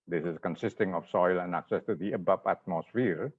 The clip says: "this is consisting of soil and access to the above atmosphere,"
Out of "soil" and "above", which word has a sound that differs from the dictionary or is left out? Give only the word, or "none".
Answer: above